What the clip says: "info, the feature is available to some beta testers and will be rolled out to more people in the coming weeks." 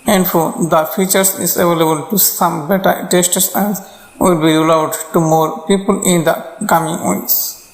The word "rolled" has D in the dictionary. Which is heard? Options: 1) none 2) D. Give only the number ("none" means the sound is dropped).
1